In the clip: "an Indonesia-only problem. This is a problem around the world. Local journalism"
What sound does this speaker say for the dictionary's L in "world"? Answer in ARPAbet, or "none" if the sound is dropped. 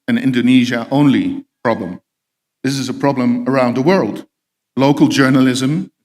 L